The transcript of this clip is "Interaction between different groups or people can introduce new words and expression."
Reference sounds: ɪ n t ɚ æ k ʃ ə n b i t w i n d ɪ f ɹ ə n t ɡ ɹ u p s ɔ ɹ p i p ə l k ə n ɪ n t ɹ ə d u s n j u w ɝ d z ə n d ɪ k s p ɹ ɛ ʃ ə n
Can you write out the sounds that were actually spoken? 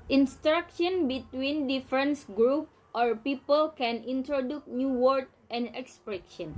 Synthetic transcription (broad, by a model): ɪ n t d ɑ k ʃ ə n b i t w i n d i f ɹ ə n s ɡ ɹ u p ɔ ɹ p i p ə l k ə n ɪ n t ɹ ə d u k n j u w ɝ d ə n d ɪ k s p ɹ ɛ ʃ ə n